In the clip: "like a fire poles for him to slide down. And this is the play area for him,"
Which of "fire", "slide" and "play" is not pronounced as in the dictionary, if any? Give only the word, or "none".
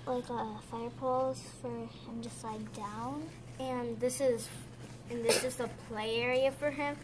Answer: slide